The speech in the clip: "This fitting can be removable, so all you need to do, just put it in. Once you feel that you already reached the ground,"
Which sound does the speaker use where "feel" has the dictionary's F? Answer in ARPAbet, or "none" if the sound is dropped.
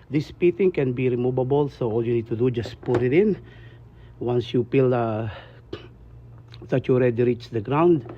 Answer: P